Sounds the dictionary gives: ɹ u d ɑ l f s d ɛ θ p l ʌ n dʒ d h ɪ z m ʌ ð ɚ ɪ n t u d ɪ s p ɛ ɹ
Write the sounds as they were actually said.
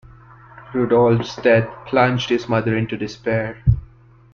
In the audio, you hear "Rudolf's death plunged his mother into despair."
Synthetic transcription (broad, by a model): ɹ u d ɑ l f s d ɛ t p l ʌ n dʒ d h ɪ z m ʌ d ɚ ɪ n t u d ɪ s p ɛ ɹ